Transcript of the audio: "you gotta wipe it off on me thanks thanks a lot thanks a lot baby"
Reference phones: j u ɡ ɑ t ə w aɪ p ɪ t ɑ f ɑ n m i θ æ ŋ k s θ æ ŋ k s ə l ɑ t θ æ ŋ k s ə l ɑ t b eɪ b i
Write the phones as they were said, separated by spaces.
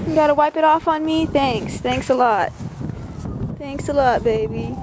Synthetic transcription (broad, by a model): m ɡ ɑ t ə w aɪ p ɪ t ɑ f n m i θ æ ŋ k s θ æ ŋ k s ə l ɑ t θ æ ŋ k s ə l ɑ t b eɪ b i